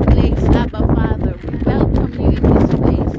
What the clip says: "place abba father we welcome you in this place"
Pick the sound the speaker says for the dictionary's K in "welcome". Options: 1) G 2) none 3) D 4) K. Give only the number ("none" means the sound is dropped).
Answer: 2